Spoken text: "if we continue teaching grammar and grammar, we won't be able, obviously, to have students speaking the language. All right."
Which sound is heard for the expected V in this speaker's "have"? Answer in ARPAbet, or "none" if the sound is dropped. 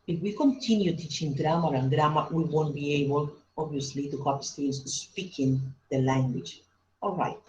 P